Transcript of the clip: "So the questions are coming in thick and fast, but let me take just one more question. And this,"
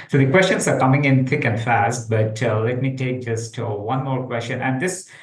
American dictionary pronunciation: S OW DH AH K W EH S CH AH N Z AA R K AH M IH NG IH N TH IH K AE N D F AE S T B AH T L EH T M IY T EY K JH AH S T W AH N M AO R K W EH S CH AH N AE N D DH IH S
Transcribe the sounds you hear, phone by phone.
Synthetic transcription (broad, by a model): S OW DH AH K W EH S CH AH N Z AA R K AH M IH NG IH N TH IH K AE N D F AE S T B AH T L EH T M IY T EY K JH AH S T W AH N M AO R K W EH S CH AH N AE N D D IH S